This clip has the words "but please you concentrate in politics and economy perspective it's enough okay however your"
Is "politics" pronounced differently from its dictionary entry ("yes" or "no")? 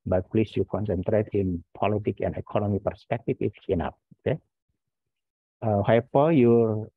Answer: yes